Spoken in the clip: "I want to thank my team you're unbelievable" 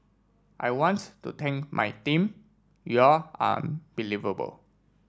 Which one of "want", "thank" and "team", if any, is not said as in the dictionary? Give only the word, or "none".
thank